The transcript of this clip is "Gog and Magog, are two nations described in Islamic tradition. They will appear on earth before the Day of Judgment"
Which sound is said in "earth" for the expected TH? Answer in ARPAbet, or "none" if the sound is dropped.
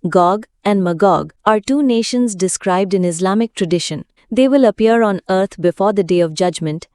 T